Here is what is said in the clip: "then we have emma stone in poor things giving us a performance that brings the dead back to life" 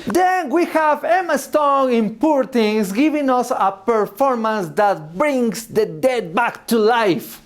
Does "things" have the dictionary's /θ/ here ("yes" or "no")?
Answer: no